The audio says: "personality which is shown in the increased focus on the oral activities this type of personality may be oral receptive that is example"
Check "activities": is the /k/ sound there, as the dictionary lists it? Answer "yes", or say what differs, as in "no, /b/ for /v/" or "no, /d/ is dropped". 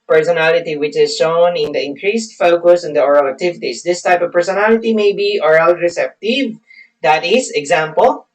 no, /k/ is dropped